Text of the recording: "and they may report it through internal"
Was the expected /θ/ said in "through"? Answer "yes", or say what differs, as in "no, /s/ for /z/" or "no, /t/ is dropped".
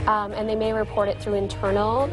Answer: yes